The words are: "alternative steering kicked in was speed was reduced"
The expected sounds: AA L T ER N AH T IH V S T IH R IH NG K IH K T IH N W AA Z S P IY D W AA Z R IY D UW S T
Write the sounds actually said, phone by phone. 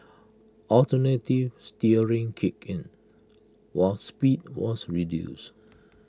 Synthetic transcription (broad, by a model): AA L T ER N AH T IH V S T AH R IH NG K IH K IH N W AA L S P IY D W AA S R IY D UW S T